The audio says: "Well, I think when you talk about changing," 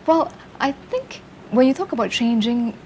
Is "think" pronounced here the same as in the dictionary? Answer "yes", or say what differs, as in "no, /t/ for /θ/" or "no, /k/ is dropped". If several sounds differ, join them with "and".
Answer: yes